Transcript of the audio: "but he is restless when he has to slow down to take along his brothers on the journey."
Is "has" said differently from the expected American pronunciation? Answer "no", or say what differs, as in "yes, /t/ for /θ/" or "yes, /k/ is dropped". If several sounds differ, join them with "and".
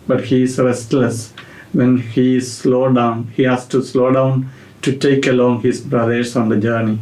yes, /s/ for /z/